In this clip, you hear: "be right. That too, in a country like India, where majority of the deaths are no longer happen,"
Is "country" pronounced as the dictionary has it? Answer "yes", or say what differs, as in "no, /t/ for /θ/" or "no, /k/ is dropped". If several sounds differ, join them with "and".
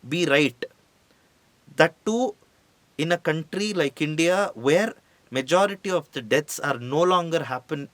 yes